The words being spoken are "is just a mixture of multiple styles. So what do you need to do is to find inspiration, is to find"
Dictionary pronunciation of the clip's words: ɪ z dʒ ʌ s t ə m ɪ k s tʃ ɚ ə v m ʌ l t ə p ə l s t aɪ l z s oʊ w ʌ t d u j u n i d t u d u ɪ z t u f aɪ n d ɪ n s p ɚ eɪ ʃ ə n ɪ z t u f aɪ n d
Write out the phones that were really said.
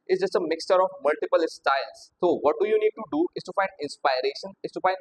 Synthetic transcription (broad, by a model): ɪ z dʒ ʌ s t ə m ɪ k s tʃ ɚ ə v m ʌ l t ə p ə l s t aɪ l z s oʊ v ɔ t d u j u n i d t u d u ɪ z t u f aɪ n d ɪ n s p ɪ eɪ ʃ ə n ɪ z t u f aɪ n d